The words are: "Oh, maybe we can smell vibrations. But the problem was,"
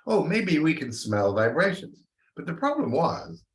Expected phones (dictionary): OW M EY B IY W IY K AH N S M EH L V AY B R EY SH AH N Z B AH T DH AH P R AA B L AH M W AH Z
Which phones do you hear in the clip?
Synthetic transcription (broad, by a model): OW M EY B IY W IY K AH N S M EH L V AY B R EY SH AH N Z B AH T DH AH P R AA B L AH M W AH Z